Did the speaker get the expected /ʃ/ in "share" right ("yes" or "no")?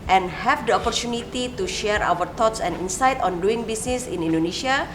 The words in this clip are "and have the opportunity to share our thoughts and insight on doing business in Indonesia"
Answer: yes